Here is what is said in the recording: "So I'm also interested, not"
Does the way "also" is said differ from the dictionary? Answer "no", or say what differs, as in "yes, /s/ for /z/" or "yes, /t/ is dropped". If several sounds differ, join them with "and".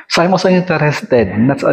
yes, /l/ is dropped